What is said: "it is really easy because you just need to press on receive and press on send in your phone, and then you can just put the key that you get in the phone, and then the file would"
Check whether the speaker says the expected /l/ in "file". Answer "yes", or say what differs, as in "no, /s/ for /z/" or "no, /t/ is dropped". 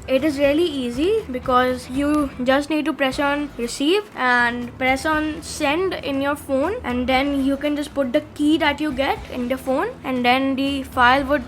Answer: yes